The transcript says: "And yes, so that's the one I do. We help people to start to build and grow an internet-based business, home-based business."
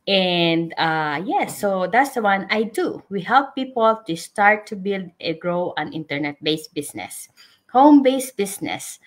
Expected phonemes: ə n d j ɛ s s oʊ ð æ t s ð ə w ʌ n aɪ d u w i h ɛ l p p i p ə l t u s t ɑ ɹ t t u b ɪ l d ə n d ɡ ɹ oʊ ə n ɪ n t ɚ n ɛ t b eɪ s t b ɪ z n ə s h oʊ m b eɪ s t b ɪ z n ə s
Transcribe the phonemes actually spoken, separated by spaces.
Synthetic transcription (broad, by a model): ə n d j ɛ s s oʊ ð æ t s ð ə w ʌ n aɪ d u w i h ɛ l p p i p ə l t u s t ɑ ɹ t t u b ɪ l d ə ɡ ɹ oʊ ə n ɪ n t ɚ n ɛ t b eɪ s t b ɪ s n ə s h oʊ m b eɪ s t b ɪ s n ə s